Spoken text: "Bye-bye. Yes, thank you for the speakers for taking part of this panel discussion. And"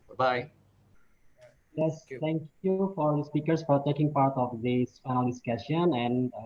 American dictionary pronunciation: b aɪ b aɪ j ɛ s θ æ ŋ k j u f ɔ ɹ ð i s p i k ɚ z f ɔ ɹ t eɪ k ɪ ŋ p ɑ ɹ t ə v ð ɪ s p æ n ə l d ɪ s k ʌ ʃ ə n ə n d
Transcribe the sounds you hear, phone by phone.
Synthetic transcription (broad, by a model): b b aɪ j ɛ s t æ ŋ k j u f ɔ ɹ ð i s p i k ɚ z f ɔ ɹ t eɪ k ɪ ŋ p ɑ ɹ t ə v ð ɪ s f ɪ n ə l d ɪ s k ʌ ʃ ə n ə n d